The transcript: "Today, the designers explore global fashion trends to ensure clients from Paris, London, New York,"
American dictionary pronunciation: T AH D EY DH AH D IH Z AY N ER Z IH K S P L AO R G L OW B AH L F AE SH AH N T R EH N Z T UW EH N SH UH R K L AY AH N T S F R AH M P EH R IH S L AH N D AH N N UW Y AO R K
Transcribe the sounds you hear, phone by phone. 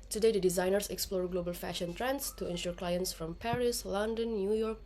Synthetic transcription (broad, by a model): T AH D EY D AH D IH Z AY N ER S IH K S P L AO R G L OW B AH L F AE SH AH N T R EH N S T UW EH N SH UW R K L AY AH N T S F R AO M P EH R IH S L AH N D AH N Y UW Y AO R K